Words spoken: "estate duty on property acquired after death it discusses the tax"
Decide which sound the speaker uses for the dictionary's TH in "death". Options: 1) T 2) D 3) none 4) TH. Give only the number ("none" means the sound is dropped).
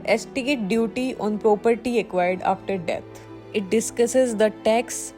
1